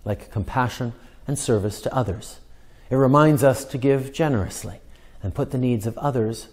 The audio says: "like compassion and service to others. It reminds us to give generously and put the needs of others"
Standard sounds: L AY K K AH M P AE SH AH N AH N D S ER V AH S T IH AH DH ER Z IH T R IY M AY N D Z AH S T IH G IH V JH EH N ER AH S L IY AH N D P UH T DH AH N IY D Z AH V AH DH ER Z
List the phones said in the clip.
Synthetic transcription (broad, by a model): L AY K K AH M P AE SH AH N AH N S ER V AH S T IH AH DH ER Z IH T R IY M AY N D Z AH S T IH G IH V JH EH N ER AH S L IY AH N P UH T DH AH N IY D Z AH V AH DH ER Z